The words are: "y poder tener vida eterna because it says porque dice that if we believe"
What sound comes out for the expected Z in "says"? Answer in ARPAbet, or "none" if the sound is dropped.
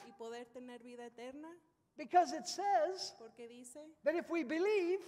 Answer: Z